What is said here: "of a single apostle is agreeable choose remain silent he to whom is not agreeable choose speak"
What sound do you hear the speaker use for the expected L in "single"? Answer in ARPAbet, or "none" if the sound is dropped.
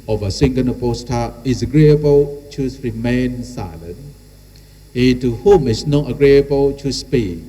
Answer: N